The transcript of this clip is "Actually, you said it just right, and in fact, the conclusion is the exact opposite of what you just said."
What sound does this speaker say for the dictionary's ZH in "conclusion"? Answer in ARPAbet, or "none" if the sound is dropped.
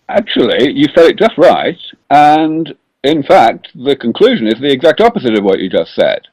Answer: ZH